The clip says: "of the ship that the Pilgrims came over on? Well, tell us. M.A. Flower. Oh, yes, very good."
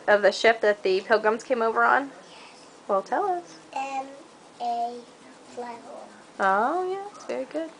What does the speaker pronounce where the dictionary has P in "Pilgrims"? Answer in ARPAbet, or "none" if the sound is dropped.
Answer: P